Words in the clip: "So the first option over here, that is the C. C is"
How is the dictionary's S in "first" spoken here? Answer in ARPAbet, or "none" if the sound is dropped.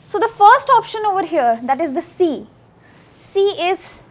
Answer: S